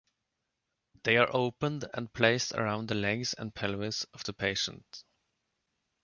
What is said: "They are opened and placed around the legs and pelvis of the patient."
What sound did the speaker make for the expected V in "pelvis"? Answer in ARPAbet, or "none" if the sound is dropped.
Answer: W